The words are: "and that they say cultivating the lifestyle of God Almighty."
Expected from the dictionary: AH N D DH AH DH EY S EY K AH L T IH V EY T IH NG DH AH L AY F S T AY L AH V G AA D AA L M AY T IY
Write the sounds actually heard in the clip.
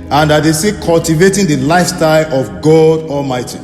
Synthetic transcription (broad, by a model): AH N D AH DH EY S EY K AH L T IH V EY T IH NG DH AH L AY F S T AY L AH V G AA D AA L M AY T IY